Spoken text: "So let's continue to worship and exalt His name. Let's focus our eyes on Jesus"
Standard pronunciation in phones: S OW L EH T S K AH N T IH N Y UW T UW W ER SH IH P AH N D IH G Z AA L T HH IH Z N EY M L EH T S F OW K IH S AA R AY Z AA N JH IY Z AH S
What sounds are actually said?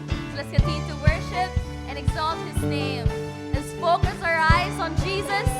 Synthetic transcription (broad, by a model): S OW L EH T S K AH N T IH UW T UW W ER SH IH P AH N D IH G Z AA L T HH IH Z N EY M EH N S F OW K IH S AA R AY Z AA N JH IY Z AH S